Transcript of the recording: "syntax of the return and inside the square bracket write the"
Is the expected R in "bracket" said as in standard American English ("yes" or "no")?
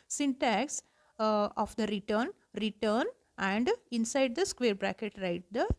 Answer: yes